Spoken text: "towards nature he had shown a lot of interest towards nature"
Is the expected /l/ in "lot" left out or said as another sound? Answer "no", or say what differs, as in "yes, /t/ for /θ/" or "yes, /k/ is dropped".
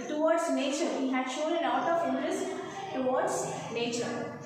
yes, /n/ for /l/